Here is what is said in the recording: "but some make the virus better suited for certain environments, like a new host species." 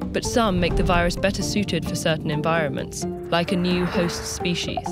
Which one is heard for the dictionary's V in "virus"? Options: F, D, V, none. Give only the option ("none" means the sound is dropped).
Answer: V